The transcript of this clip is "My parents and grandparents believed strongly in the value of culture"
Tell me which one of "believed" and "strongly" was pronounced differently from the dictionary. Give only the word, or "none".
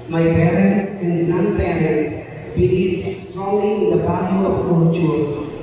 believed